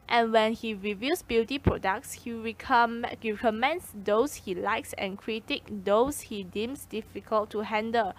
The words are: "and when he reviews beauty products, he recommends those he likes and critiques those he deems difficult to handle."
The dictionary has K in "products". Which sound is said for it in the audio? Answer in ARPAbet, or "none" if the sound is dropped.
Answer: K